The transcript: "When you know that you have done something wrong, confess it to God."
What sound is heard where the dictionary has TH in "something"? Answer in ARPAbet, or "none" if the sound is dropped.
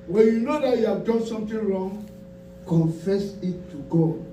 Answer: T